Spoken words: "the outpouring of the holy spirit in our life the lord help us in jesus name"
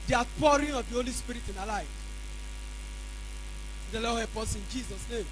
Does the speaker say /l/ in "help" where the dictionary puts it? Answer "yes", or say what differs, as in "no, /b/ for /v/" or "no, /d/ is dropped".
no, /l/ is dropped